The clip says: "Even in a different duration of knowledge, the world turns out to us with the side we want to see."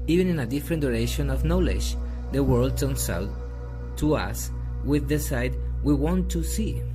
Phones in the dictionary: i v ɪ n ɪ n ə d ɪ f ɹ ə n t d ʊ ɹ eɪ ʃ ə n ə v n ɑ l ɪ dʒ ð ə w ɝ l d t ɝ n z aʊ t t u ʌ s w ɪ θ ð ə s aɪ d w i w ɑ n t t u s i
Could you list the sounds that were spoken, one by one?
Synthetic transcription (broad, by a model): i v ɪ n ɪ n ə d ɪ f ɹ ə n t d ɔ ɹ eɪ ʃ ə n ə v n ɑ l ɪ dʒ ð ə w ɝ l d t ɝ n s aʊ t t u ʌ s w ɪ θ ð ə s aɪ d w i w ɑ n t t u s i